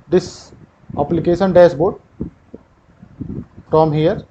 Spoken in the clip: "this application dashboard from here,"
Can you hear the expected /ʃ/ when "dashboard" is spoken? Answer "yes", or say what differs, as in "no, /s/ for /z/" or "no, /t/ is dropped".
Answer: no, /s/ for /ʃ/